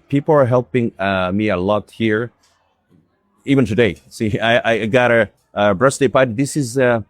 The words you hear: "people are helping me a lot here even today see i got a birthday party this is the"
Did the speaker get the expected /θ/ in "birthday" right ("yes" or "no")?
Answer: no